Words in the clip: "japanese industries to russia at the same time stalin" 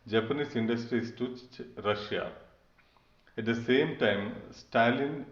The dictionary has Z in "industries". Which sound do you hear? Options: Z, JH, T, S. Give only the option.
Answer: S